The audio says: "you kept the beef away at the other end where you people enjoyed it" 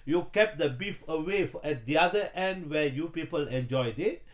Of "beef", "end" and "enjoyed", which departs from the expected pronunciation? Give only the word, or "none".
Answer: none